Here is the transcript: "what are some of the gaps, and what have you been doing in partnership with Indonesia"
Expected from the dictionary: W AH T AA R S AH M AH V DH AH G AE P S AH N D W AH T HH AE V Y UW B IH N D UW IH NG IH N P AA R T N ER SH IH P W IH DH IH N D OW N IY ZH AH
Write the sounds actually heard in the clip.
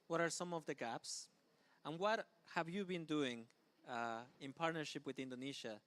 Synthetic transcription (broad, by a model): W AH T AA R S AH M AH V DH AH G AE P S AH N W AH T HH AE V Y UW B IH N D UW IH NG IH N P AA R T N ER SH IH P W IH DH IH N D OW N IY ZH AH